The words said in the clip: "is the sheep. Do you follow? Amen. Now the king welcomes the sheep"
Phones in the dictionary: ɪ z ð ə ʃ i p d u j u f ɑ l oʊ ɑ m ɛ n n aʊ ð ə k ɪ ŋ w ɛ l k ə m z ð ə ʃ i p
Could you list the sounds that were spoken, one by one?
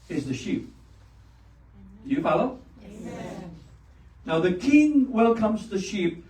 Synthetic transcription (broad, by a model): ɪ z ð ə ʃ i p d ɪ j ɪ f ɑ l oʊ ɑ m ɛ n n aʊ ð ə k ɪ ŋ w ɛ l k ə m z ð ə ʃ i p